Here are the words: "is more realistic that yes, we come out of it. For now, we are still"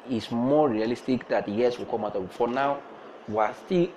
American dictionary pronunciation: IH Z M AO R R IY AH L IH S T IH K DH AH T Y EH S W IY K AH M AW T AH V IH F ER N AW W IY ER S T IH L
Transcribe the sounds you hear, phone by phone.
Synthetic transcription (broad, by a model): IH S M AO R R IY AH L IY S T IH K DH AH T Y EH S W IY K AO M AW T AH B IH F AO N AW W IY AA S T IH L